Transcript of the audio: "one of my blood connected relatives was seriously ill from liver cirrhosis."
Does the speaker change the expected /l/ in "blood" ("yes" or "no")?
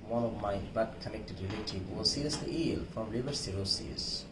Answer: yes